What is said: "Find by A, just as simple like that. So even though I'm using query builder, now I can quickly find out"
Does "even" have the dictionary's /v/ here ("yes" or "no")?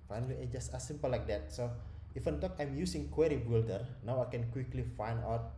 no